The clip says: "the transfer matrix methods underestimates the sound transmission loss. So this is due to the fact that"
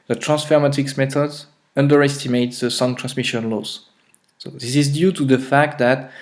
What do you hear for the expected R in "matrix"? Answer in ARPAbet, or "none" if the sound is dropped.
none